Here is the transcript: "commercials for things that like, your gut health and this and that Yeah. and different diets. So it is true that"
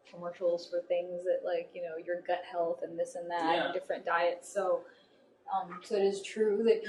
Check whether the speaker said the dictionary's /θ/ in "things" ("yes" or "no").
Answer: yes